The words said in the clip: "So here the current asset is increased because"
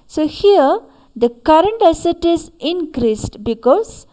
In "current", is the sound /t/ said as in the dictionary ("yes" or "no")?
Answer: yes